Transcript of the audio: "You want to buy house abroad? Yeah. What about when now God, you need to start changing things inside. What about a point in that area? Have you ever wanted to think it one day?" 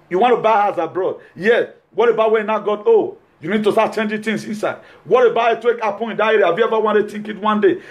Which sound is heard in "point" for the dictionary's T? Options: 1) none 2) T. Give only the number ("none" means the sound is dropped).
1